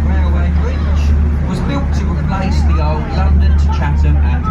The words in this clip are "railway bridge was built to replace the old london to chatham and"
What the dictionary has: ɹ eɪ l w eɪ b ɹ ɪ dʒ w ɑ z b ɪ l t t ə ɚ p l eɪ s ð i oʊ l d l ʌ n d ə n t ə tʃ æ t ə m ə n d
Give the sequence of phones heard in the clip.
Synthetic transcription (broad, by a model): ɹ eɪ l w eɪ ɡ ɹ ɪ ʃ w ɑ z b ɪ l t t ə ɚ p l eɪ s ð i oʊ l d l ʌ n d ə n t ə tʃ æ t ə ə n